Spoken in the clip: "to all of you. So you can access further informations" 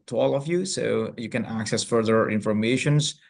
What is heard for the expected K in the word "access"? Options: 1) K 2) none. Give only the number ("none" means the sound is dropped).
1